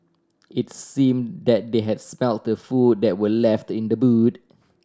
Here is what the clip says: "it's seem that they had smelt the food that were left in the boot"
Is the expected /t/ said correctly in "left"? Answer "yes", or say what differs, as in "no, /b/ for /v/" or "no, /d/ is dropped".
yes